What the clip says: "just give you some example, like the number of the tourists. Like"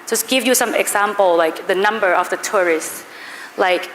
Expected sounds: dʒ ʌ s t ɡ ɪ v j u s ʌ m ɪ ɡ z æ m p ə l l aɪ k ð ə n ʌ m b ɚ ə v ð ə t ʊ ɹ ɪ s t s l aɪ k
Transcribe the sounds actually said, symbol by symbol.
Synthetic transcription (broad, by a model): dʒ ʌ s ɡ ɪ v j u s ʌ m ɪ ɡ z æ m p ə l l aɪ k ð ə n ʌ m b ɚ ə v ð ə t ʊ ɹ ɪ s t s l aɪ k